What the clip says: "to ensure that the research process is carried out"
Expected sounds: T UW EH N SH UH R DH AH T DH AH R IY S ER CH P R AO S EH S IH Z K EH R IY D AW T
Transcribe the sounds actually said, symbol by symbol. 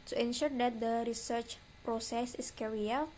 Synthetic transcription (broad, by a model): T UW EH N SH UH R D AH T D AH R IY S ER CH P R AO S EH S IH S K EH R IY AW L